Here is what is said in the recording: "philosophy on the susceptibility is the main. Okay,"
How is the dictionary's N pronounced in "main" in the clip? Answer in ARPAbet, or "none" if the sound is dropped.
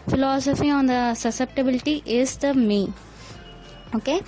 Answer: none